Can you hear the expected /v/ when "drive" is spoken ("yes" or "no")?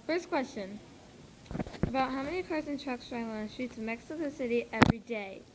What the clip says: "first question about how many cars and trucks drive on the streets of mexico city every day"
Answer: no